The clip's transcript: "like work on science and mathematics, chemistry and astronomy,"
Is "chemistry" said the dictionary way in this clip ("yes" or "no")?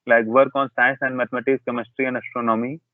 yes